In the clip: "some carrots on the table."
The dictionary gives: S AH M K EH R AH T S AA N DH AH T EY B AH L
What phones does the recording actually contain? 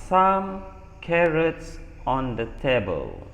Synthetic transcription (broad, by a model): S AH M K EH R AH T S AA N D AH T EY B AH L